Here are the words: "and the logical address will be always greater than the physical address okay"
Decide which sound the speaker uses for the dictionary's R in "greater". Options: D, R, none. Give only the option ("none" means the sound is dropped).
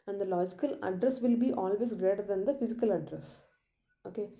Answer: R